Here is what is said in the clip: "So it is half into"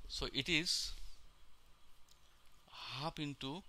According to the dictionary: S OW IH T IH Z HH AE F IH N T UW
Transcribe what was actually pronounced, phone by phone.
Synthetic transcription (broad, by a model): S OW IH T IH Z HH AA P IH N T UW